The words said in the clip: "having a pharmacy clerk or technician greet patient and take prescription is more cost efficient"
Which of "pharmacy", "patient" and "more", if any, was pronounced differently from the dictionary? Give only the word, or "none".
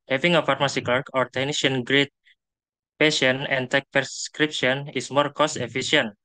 patient